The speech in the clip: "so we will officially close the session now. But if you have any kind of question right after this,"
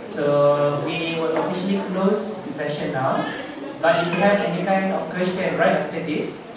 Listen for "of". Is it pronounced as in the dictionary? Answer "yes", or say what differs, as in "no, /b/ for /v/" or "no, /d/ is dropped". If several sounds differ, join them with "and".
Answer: no, /f/ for /v/